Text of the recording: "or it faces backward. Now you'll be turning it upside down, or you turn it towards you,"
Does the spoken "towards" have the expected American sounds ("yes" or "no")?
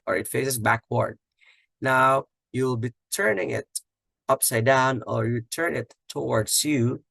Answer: no